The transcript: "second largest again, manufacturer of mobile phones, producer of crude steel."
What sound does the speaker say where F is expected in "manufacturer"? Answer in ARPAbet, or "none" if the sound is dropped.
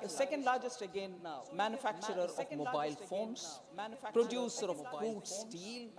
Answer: F